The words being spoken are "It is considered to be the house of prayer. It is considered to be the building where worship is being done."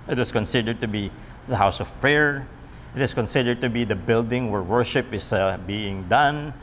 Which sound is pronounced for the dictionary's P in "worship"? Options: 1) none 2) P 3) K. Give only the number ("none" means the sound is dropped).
2